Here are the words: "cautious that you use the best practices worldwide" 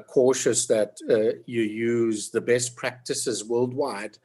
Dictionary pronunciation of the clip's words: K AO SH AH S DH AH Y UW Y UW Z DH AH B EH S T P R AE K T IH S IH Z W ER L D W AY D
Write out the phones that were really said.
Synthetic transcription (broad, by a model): K AO SH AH S DH AH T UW Y UW Z DH AH B EH S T P R AE K T IH S IH Z W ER L D W AY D